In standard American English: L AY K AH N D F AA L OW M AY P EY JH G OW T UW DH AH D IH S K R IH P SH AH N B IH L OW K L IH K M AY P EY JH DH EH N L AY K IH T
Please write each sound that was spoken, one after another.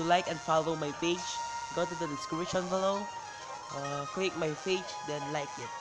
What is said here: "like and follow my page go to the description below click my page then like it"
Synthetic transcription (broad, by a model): L AY K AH N F AA L OW M AY B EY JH G OW T UW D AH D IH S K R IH SH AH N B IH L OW K L IH K M AY F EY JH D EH N L AY K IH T